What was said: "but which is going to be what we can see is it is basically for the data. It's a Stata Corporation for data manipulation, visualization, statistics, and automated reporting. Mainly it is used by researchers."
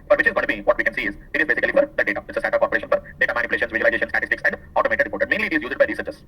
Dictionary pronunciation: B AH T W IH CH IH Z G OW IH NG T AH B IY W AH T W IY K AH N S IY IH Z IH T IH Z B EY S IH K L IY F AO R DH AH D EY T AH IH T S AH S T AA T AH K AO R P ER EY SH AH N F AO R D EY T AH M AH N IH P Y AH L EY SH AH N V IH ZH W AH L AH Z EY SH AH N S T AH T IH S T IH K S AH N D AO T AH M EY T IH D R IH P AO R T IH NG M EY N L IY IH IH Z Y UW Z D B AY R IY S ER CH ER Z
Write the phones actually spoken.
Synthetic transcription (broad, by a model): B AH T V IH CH IH Z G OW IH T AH B IY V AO T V IY K AH N S IY IH Z IH T IH Z B EY S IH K L IY F AO R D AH D EY T AH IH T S AH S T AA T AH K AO R P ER EY SH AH N F AO R D EY T AH M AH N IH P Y L EY SH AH N V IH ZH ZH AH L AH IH EY SH AH N S T AH T IH S T IH K S AH N D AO T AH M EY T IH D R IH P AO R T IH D M EY N L IY IH IH Z Y UW Z D B AY R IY S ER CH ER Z